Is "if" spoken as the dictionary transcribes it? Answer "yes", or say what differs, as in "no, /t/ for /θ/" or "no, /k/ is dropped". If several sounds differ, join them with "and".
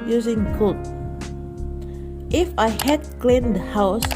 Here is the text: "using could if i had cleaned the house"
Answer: yes